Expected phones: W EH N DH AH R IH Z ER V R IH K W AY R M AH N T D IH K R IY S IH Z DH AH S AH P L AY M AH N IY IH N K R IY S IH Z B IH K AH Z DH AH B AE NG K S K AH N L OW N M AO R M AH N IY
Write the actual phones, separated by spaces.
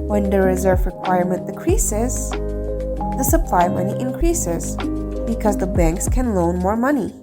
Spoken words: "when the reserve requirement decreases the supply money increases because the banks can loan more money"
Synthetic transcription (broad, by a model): W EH N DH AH R IH Z ER V R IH K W AY R M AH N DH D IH K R IY S IH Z DH AH S AH P L AY M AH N IY IH N K R IY S IH Z B IH K AH Z DH AH B AE NG K S K AH N L OW N M AO R M AH N IY